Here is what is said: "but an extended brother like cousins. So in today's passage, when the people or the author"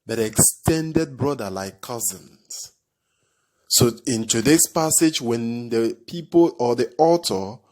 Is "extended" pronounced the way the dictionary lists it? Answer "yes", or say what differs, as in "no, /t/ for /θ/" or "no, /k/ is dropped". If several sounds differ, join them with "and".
yes